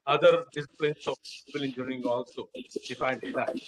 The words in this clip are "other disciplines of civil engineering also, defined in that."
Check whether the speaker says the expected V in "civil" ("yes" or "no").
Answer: no